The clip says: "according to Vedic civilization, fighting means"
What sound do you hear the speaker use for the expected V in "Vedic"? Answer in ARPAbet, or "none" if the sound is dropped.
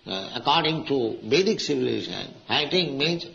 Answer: B